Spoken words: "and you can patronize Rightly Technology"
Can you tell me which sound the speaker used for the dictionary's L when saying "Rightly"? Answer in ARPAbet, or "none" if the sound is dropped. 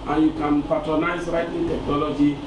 none